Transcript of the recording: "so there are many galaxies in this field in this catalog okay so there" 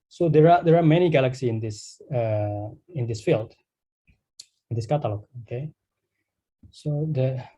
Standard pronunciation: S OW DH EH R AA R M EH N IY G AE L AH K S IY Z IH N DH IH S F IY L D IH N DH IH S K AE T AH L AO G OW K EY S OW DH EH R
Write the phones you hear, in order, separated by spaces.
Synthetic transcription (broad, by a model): S OW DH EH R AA R M EH N IY G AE L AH K S IY S IH N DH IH S F IY L D IH N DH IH S K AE T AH L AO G OW K EY S OW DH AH